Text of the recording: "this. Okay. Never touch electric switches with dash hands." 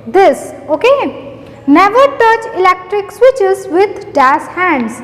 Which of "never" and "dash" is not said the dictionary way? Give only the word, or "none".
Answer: dash